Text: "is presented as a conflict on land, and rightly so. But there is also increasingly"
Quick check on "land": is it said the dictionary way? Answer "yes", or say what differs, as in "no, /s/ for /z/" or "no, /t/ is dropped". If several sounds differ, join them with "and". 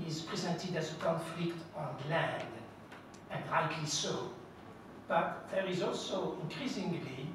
yes